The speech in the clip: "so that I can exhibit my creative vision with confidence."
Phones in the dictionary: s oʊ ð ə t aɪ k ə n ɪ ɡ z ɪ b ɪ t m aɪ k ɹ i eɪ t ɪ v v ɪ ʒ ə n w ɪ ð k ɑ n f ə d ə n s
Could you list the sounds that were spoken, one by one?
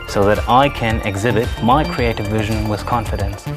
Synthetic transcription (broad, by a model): s oʊ ð ə t aɪ k ə n ɪ ɡ z ɪ b ɪ t m aɪ k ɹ i eɪ t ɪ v v ɪ ʒ ə n w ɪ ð k ɑ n f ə d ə n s